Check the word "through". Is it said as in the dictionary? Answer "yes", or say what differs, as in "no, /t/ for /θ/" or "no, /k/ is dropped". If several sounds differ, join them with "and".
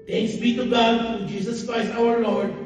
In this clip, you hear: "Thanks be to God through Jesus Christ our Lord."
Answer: no, /t/ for /θ/